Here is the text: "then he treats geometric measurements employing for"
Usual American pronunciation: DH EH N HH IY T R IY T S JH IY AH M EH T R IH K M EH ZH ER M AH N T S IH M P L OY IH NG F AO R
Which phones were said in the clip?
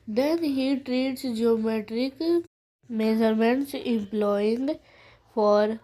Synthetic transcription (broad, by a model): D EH N HH IY T R IY T S JH IY AH M EH T R IH K M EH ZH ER M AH N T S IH M P L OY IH NG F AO R